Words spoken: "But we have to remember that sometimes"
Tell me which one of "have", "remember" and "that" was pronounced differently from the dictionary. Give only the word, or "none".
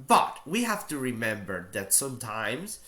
have